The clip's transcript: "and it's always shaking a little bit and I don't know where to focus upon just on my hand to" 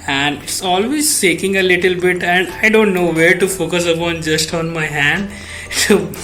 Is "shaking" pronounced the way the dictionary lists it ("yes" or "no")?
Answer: no